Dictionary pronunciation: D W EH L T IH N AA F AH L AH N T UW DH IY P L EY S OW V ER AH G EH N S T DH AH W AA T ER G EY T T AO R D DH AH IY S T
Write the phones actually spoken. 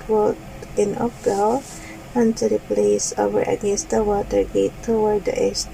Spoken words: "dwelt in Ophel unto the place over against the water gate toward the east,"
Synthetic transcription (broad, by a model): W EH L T IH N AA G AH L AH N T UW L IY P L EY S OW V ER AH G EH N S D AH W AA T ER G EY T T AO W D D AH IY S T